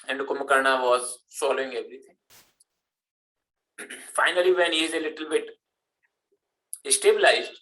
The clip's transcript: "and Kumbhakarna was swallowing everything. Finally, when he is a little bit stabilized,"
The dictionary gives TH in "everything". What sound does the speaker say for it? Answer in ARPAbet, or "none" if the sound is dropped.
T